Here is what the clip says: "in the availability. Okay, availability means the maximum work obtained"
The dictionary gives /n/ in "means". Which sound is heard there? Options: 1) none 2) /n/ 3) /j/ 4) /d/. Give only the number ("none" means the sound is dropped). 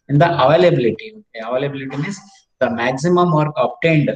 1